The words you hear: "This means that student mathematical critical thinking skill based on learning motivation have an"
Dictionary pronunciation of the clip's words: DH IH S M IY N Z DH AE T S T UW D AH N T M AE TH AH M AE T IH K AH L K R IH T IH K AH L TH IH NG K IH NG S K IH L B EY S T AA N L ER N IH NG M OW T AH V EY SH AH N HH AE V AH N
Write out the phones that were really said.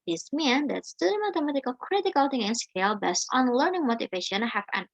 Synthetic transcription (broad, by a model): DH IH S M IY N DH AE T S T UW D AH M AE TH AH M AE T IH K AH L K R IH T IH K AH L T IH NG IH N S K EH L B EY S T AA N L ER N IH NG M OW T AH V EY SH AH N HH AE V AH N